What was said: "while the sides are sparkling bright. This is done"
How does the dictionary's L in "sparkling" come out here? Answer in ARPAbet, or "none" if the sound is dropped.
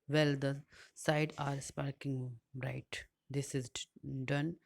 none